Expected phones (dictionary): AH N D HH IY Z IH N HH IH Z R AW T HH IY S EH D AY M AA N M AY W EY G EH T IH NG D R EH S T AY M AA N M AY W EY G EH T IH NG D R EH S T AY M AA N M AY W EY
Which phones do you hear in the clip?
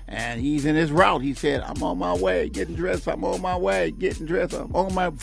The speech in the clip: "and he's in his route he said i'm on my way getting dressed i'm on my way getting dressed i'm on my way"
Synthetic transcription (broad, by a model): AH N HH IY Z IH N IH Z R AW T HH IY S EH D AY M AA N M AY W EY G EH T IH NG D R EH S AY M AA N M AY W EY G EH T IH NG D R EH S AY M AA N M AY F